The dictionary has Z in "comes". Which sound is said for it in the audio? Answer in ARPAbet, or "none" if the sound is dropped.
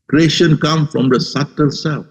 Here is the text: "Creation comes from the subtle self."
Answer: none